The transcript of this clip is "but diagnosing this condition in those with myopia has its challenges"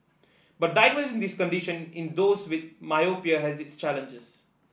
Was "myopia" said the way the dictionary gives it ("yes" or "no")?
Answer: yes